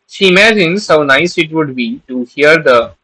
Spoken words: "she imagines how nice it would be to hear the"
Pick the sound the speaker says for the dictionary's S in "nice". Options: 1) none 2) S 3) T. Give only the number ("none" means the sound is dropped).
2